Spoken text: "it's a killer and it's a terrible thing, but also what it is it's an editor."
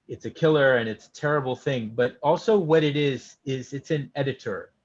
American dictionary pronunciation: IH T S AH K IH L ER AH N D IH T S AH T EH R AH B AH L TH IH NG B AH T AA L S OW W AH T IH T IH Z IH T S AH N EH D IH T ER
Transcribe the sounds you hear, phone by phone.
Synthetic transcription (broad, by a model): IH T S AH K IH L ER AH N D IH T S AH T EH R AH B L TH IH NG B AH T AA L S OW W AH T IH T IH Z IH T S AH N EH D IH T ER